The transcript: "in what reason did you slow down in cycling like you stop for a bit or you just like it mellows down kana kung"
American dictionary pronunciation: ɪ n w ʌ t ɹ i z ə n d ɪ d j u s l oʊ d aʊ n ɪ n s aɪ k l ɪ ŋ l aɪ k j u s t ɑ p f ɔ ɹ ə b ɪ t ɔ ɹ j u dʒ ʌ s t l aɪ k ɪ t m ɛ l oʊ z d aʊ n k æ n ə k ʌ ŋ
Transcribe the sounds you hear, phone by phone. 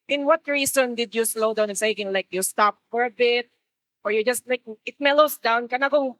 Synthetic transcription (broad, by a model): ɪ n w ʌ t ɹ i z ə n d ɪ d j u s l oʊ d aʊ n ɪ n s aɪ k ɪ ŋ l aɪ k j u s t ɑ p f ɔ ɹ ə b ɪ t ɔ ɹ j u dʒ ʌ s t l aɪ k ɪ t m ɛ l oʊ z d aʊ n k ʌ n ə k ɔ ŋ